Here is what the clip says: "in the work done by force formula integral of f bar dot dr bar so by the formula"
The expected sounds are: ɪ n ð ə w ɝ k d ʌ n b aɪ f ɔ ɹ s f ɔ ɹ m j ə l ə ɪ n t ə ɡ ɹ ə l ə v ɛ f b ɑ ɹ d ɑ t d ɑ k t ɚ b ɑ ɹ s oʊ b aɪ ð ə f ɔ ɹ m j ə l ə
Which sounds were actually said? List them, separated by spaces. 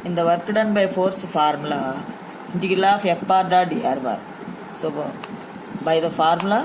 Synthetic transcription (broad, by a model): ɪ n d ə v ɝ k d ʌ n b aɪ f ɔ ɹ s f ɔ ɹ m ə l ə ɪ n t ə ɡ ə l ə f ɛ f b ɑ ɹ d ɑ d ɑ t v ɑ ɹ s oʊ b aɪ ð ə f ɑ ɹ m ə l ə